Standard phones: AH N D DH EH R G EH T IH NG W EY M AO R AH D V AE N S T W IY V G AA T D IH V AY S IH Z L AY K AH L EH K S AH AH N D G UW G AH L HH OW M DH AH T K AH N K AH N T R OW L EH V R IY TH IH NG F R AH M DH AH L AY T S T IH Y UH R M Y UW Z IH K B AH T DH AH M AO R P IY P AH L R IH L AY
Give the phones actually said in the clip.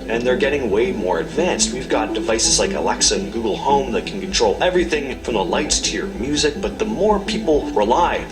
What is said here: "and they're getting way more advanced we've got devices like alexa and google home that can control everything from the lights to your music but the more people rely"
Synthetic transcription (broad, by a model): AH N DH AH R G EH T IH NG W EY M AO R AH D V AE N S T W IY V G AA T D IH V AY S IH Z L AY K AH L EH K S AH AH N G UW G L HH OW M DH AH T K N K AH N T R OW L EH V R IY TH IH NG F R AH M DH AH L AY T S T IH Y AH R M Y UW Z IH K B AH T DH AH M AO R P IY P L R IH L AY